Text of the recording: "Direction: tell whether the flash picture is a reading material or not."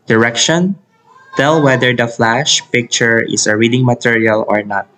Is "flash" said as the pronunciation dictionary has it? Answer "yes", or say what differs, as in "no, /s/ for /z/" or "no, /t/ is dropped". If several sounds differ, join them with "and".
yes